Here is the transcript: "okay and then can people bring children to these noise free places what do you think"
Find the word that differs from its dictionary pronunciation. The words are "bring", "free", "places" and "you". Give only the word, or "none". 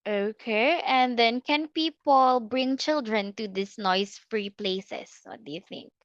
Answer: places